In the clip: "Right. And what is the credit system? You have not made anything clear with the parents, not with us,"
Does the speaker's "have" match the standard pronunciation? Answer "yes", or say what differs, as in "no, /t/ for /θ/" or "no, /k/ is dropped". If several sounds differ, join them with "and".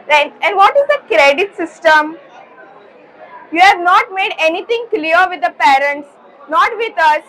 yes